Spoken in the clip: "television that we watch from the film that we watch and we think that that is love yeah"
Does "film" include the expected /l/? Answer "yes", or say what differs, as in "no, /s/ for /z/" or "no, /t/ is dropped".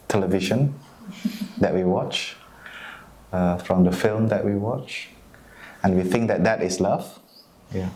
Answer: yes